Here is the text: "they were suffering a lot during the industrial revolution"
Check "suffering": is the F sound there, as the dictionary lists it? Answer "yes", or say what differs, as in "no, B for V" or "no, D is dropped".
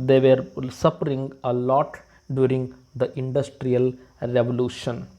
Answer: no, P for F